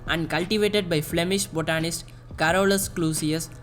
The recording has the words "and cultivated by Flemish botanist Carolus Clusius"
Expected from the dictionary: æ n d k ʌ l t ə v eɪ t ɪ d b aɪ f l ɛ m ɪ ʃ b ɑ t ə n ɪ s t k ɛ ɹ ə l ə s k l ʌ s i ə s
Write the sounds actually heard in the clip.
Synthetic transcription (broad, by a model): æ n d k ʌ l t ə v eɪ t ɪ d b aɪ f l ɛ m ɪ ʃ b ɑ t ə n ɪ s t k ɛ ɹ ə l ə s k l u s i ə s